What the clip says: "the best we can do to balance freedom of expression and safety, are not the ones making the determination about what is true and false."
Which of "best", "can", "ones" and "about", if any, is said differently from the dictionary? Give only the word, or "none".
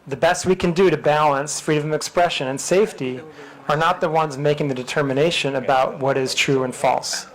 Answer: none